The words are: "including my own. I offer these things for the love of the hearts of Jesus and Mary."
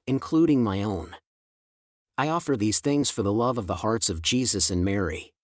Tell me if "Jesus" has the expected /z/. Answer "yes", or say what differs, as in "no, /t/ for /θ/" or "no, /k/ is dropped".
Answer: yes